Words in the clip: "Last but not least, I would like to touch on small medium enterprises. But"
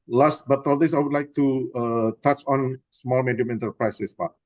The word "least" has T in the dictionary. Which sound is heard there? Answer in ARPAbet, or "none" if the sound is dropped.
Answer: none